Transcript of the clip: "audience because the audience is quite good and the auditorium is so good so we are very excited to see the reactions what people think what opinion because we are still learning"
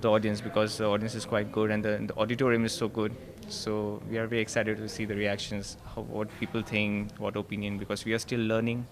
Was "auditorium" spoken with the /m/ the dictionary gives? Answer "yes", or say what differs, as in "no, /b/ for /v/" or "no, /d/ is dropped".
yes